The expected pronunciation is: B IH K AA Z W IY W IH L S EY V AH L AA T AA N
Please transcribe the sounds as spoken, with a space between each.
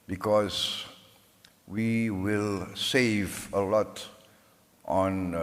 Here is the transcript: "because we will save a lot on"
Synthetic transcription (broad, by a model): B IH K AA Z W IY W IH L S EY V AH L AA T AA N